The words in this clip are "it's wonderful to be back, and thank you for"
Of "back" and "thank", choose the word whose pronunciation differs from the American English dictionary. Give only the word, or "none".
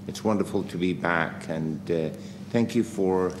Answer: none